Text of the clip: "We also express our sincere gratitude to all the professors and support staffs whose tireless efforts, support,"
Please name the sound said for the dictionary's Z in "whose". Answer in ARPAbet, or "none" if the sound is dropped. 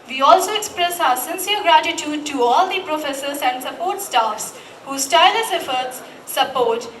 S